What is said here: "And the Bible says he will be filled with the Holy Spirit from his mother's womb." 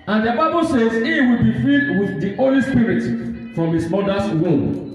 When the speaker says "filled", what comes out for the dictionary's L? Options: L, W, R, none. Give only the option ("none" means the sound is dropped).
none